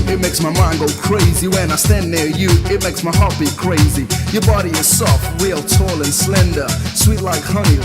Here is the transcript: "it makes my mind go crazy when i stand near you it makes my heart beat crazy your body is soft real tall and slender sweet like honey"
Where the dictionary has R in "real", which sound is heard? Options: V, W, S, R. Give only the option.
W